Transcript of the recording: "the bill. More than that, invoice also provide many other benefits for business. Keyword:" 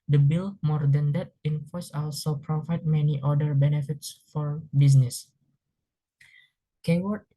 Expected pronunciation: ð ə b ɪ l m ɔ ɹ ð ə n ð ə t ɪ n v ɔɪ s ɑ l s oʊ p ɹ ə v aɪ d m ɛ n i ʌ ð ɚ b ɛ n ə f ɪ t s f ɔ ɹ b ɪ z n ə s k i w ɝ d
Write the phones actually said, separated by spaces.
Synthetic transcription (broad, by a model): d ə b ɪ l m ɔ ɹ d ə n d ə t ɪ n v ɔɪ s ɑ l s oʊ p ɹ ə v aɪ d m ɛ n i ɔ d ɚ b ɛ n ə f ɪ t s f ɔ ɹ b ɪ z n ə s k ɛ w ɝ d